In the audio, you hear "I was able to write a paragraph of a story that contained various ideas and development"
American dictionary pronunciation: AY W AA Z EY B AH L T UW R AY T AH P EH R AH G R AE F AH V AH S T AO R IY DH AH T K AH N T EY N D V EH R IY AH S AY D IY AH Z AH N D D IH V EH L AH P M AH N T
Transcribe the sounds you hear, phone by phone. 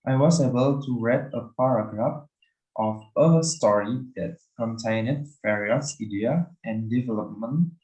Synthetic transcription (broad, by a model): AY W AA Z EY B AH L T UW R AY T AH P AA R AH G R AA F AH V AH S T AO R IY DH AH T K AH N T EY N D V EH R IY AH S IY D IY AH AH N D D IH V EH L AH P M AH N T